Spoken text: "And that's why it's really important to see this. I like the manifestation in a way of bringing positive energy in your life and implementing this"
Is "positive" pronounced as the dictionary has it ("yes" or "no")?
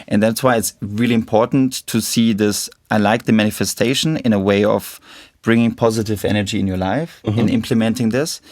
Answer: yes